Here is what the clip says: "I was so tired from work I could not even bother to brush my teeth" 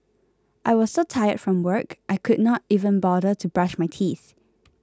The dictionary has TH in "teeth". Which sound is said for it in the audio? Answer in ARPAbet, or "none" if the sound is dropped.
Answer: TH